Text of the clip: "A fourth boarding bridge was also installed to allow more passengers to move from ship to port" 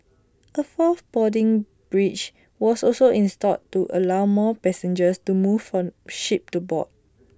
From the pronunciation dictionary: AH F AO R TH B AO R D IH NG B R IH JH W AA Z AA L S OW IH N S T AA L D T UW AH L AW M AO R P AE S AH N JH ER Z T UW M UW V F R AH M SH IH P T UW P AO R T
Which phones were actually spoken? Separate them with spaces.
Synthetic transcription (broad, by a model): AH F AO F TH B AO D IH NG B R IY CH W AA S AA L S OW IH N S T AA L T UW AH L AW M AO P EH S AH N JH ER S T UW M UW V F R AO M SH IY P T UW B AO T